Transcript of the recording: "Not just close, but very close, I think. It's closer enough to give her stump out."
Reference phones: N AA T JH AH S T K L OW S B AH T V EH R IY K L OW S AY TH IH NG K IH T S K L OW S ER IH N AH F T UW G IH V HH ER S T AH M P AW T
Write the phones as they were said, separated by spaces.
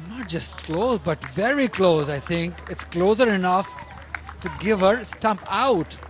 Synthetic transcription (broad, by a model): N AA T JH AH S T K L OW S B AH T V EH R IY K L OW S AY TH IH NG K IH T S K L OW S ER IH N AH F T UW G IH V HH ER S T AH M P AW T